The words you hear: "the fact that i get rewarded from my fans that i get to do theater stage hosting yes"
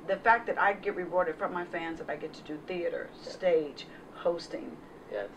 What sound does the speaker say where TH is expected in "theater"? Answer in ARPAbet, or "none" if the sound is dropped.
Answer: TH